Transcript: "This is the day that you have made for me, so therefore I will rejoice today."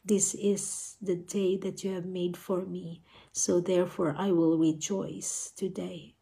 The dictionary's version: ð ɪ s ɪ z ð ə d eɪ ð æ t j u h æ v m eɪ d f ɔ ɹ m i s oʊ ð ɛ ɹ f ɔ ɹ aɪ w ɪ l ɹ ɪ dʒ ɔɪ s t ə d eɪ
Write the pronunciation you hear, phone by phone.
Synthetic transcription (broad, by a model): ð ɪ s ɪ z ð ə d eɪ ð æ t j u h æ v m eɪ d f ɔ ɹ m i s oʊ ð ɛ ɹ f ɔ ɹ aɪ w ɪ l ɹ ɪ dʒ ɔɪ s t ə d eɪ